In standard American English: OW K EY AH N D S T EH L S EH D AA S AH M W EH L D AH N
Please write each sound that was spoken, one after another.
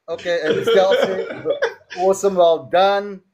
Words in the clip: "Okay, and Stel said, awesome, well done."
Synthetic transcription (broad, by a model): OW K EY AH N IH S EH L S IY AA S AH M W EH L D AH N